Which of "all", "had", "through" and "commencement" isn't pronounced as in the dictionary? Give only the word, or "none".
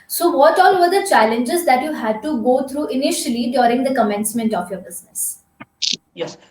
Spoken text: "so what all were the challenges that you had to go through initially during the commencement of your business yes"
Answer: through